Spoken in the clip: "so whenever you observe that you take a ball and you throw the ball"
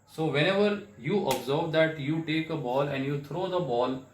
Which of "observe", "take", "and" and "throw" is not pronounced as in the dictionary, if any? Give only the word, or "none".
throw